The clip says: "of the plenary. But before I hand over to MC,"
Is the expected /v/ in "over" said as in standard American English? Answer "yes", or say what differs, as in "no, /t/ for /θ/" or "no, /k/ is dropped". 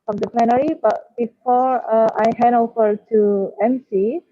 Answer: no, /f/ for /v/